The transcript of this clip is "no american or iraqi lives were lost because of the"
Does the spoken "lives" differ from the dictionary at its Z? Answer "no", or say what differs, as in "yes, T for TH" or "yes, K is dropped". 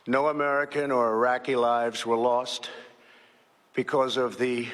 no